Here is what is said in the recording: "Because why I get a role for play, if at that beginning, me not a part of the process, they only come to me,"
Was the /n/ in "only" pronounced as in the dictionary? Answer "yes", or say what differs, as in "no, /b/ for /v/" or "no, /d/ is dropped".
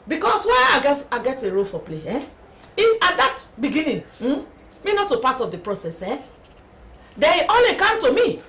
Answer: no, /n/ is dropped